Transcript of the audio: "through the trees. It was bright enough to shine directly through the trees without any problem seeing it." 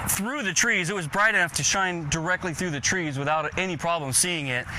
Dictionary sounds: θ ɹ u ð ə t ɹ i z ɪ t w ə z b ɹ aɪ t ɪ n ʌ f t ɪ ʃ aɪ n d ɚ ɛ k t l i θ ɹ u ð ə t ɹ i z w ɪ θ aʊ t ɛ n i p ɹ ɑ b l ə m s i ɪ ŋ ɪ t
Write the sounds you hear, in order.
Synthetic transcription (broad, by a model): θ ɹ u ð ə t ɹ i z ɪ t w ə z b ɹ aɪ t ɪ n ʌ f t ɪ ʃ aɪ n d ɚ ɛ k t l i θ ɹ u ð ə t ɹ i z w ɪ θ aʊ t ɛ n i p ɹ ɑ b l ə m s i ɪ ŋ ɪ t